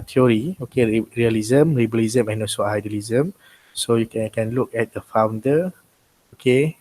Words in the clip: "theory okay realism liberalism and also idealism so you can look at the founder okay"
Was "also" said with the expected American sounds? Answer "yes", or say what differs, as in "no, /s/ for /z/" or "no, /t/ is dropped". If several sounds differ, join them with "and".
no, /l/ is dropped